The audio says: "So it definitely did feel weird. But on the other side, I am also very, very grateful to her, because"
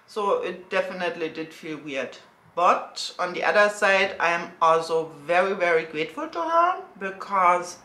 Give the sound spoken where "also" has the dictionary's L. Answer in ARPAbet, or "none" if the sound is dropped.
L